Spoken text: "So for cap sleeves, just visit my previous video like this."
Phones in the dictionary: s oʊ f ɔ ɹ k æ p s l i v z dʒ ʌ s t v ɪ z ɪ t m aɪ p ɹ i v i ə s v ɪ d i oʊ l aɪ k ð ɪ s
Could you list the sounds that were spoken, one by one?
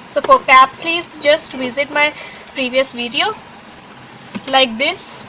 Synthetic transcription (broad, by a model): s oʊ f ɔ ɹ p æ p s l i z dʒ ʌ s t v ɪ z ɪ t m aɪ p ɹ i v i ə s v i d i oʊ l aɪ k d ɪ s